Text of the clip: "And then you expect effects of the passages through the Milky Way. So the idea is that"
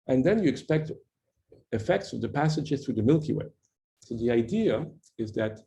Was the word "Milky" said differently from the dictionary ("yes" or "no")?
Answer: no